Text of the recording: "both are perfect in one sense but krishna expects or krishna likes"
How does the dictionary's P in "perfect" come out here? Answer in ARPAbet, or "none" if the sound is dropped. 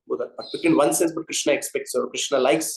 B